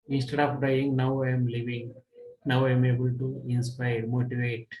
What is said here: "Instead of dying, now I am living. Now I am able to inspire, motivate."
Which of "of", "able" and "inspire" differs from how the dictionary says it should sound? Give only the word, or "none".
of